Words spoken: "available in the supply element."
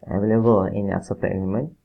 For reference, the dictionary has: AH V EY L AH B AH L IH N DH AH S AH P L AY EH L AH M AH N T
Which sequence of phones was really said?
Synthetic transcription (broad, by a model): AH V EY L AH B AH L IH N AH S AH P AY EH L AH M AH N